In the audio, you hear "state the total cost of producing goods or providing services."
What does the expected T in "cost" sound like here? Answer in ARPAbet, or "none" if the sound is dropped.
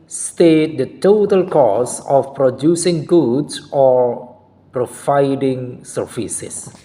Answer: none